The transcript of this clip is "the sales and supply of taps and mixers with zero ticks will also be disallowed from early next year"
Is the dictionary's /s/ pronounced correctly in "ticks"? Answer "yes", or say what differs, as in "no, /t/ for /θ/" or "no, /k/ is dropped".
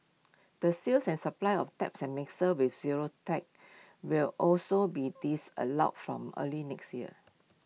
no, /s/ is dropped